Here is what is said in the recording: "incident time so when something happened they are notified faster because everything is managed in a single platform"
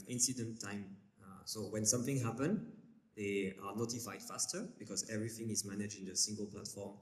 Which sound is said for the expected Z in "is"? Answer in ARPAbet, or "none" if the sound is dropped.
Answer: Z